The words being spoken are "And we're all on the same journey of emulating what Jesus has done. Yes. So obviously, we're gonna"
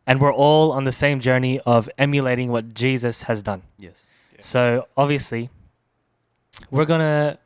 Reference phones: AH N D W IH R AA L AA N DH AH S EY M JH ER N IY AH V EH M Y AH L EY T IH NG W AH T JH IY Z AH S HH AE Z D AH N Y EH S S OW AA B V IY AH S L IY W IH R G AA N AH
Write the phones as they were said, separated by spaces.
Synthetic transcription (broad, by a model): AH N W IH R AA L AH N DH AH S EY M JH ER N IY AH V EH M Y AH L EY T IH NG W AH T JH IY Z AH S HH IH Z D AH N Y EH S S OW AA B V IY AH S L IY W IH R G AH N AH